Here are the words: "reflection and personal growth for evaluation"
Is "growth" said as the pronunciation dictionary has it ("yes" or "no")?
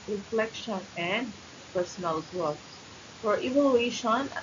no